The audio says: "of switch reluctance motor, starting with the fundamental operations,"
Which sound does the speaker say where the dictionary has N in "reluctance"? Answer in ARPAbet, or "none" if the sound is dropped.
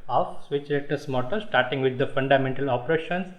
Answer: none